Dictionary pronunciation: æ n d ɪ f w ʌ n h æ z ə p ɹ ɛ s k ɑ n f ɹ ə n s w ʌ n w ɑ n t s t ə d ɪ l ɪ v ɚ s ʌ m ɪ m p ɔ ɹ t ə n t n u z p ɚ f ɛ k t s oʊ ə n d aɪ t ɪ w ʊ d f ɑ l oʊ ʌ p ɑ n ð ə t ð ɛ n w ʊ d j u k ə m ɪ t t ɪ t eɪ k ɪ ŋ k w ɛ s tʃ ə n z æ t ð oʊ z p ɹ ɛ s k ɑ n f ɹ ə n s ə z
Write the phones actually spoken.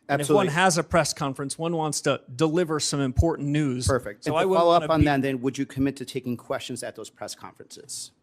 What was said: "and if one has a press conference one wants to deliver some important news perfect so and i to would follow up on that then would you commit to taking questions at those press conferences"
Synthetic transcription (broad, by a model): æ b ɪ f w ʌ n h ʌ z ə p ɹ ɛ s k ɑ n f ɹ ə n s w ʌ n w ɑ n t s t ə d ɪ l ɪ v ɚ s ʌ m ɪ m p ɔ ɹ t n n u z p ɚ f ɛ k t s oʊ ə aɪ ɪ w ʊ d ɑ l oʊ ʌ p n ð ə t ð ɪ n w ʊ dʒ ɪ k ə m ɪ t t ɪ t eɪ k ɪ ŋ k w ɛ s tʃ ə n z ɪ t ð oʊ z p ɹ ɛ s k ɑ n f ɹ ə n s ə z